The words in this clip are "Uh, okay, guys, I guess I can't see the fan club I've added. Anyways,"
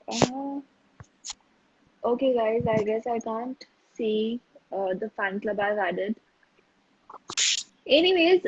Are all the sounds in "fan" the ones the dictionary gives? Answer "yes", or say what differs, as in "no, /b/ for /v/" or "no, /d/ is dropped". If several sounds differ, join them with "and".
yes